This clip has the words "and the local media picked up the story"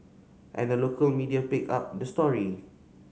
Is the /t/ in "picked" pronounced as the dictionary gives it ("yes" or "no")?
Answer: no